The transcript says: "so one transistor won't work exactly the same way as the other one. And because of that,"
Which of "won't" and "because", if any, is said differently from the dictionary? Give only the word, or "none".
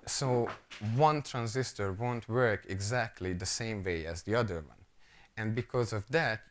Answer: none